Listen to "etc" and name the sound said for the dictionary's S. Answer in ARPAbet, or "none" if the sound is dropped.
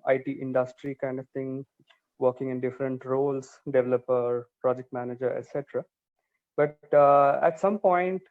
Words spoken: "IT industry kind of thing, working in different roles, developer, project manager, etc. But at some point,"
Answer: S